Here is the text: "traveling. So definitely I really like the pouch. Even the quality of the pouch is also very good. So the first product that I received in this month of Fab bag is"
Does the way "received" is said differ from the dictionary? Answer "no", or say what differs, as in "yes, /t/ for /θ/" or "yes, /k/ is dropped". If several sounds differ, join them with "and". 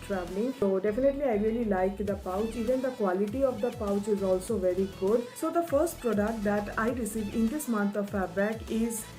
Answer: yes, /d/ is dropped